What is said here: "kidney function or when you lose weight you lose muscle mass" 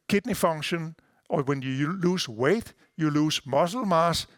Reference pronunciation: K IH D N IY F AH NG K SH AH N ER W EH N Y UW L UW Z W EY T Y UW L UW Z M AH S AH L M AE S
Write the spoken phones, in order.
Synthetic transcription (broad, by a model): K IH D N IY F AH NG SH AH N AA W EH N Y UW L UW S W EY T Y UW L UW S M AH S L M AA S